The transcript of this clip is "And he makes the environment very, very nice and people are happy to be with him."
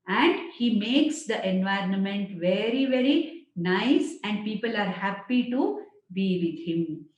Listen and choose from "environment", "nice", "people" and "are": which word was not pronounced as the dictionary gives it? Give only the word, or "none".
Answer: none